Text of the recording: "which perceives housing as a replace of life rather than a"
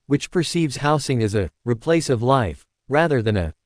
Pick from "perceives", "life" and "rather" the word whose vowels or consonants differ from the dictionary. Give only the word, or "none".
none